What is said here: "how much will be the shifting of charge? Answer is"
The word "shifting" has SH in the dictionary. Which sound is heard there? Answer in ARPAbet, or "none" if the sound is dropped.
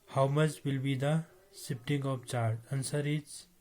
S